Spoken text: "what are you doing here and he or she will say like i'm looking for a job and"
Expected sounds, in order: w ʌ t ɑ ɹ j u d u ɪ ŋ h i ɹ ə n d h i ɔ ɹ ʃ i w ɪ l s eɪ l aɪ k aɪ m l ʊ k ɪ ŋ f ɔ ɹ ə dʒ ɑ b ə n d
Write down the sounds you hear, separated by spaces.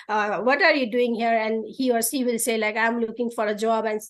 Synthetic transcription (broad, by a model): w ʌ t ɑ ɹ j u d u ɪ ŋ h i ɹ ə n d h i ɔ ɹ s i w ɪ l s eɪ l aɪ k aɪ m l ʊ k ɪ ŋ f ɔ ɹ ə dʒ ɑ b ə n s